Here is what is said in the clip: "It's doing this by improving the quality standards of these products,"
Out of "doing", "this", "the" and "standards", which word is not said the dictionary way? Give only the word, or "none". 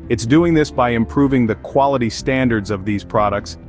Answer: none